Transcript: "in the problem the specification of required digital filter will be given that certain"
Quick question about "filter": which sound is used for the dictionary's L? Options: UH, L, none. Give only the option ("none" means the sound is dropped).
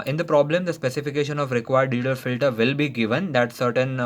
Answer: L